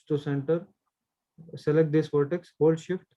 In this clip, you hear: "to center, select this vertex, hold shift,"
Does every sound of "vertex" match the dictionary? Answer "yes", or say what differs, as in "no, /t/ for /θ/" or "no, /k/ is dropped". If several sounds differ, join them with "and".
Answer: no, /p/ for /v/